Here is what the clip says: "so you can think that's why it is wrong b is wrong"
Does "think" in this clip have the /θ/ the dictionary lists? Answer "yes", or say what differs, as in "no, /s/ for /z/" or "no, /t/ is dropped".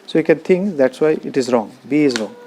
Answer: no, /t/ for /θ/